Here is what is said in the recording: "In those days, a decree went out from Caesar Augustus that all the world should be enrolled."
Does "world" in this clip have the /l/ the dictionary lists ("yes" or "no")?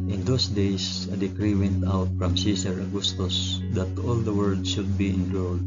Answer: no